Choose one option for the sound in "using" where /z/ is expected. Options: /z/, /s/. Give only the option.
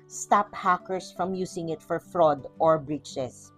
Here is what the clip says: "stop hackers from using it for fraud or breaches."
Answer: /s/